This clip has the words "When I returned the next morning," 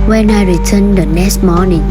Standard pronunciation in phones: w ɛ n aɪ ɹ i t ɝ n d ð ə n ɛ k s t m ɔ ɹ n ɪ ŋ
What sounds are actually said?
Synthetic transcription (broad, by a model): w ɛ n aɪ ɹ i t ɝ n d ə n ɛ s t m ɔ n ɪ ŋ